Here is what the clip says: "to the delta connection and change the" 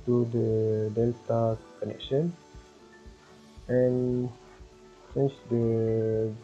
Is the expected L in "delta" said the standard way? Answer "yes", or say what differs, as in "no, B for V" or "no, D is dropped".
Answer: yes